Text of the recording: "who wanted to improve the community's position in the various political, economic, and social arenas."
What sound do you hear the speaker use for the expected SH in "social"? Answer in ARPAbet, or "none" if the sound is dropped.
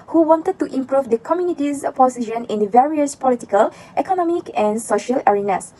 SH